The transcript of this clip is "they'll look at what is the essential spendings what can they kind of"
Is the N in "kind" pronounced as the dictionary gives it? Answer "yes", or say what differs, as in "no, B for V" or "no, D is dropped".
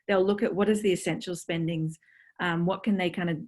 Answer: yes